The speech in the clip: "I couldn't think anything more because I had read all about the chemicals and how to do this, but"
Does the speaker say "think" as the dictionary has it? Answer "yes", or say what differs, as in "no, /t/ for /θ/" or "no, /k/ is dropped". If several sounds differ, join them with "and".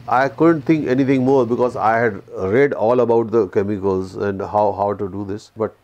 no, /t/ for /θ/